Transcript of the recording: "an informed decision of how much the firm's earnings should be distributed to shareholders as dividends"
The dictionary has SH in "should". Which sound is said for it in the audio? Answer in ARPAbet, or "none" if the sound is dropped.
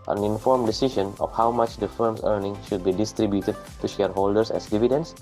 SH